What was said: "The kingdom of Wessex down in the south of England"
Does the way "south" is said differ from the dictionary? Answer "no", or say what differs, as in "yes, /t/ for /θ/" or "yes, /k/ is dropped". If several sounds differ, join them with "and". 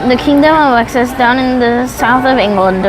no